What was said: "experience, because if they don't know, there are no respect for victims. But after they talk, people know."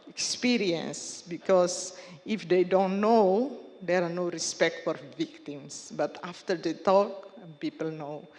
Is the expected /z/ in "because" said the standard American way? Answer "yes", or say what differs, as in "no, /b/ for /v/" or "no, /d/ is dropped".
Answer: no, /s/ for /z/